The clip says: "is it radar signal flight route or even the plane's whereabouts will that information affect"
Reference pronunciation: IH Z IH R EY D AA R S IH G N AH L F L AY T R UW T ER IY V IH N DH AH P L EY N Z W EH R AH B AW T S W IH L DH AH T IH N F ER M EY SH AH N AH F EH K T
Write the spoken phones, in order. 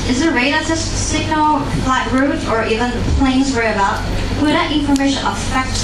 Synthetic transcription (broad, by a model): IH Z IH R EY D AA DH S IH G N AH L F L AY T R UW T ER IY V IH N P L EY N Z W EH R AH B AW T W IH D DH AH T IH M F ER M EY SH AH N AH F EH K T